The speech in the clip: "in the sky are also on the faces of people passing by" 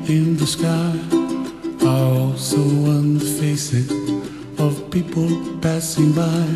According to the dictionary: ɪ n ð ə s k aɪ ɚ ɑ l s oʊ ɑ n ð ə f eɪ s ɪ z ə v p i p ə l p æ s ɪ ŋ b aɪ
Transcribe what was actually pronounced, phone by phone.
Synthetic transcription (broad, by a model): ɪ n ð ə s k aɪ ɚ ɑ l s oʊ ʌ n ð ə f eɪ s ɪ z ə v p i p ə l p æ s ɪ ŋ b aɪ